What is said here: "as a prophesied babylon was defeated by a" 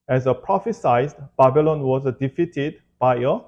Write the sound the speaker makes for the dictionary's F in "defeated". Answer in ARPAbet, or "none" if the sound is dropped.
F